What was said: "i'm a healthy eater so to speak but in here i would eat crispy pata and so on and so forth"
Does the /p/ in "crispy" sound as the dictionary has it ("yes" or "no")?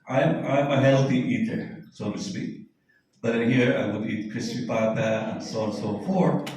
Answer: no